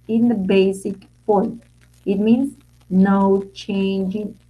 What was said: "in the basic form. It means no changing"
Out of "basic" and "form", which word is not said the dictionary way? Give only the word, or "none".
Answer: form